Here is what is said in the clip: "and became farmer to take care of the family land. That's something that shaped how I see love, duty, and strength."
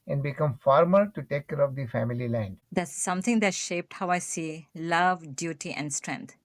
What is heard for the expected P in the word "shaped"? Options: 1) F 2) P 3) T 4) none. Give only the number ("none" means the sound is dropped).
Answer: 2